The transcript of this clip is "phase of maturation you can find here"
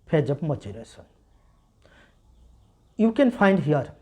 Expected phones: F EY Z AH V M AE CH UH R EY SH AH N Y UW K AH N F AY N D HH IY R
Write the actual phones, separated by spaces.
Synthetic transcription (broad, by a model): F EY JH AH B M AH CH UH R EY S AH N Y UW K AH N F AY N D HH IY R